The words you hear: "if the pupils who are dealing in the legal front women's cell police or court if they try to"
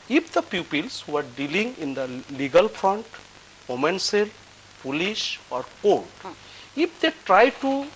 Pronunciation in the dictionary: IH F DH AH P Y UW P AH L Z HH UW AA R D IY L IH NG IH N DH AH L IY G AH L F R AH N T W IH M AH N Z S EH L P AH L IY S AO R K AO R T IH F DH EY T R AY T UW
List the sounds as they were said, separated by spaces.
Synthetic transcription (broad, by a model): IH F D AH P Y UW P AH L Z HH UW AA R D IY L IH NG IH N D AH L IY G AH L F R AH N T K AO M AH N S EH L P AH L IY SH AO R K AO R T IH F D EY T R AY T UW